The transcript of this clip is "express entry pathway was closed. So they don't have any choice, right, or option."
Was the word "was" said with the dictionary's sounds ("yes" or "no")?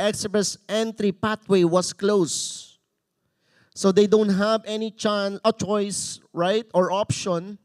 no